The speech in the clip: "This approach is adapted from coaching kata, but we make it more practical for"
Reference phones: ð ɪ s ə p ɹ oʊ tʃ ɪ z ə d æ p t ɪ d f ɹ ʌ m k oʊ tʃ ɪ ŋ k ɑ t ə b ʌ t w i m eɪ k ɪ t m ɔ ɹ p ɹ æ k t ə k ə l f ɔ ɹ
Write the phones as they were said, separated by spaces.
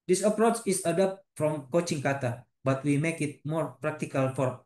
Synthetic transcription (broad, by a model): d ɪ s ə p ɹ oʊ tʃ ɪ s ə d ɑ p t f ɹ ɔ m k oʊ tʃ ɪ ŋ k ɑ t ə b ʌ t w i m eɪ k ɪ t m ɔ ɹ p ɹ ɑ k t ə k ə l f ɔ ɹ